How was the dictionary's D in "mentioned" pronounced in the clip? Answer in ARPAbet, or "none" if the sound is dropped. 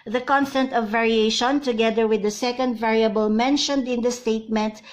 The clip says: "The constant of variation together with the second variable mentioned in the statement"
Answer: D